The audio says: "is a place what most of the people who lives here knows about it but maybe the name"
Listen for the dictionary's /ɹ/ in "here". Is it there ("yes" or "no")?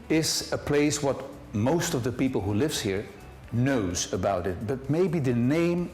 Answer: yes